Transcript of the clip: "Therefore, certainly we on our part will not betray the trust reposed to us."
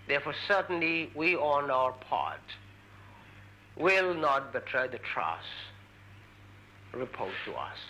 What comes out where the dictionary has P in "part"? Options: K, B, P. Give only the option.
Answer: P